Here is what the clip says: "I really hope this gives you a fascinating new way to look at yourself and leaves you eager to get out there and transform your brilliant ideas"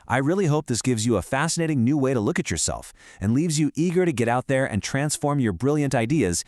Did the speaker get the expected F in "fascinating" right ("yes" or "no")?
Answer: yes